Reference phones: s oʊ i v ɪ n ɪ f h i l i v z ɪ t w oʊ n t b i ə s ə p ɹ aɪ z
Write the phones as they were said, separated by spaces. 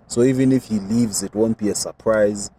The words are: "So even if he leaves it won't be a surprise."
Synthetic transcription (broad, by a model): s oʊ i v ɪ n ɪ f h i l i v z ɪ t w oʊ n t b i ə s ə p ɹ aɪ z